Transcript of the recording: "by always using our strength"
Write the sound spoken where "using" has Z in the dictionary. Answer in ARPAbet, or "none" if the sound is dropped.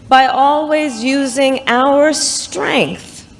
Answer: Z